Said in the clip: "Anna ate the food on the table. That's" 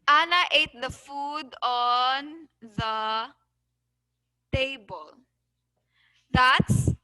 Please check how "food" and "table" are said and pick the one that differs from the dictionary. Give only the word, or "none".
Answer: none